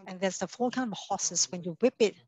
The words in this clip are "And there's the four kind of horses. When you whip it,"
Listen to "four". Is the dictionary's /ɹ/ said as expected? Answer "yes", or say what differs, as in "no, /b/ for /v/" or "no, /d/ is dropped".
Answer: no, /l/ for /ɹ/